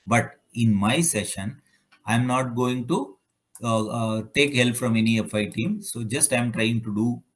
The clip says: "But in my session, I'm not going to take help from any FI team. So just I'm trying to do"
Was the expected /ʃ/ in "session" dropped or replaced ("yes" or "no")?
no